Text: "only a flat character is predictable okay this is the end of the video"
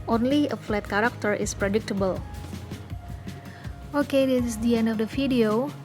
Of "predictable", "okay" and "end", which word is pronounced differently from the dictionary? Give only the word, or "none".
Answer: none